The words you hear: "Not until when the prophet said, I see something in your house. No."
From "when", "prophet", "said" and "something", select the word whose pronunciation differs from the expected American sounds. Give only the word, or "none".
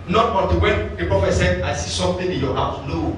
something